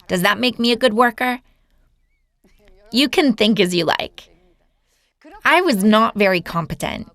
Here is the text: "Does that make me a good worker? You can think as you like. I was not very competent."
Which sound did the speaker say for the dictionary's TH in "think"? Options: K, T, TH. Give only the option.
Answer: TH